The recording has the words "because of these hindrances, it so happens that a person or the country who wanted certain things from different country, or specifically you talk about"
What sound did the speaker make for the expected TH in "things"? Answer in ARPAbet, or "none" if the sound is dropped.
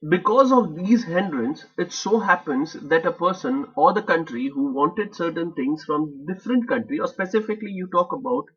T